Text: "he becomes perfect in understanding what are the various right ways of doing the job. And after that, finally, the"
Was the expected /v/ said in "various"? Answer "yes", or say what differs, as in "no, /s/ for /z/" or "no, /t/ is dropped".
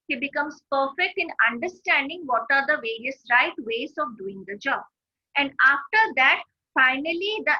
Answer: yes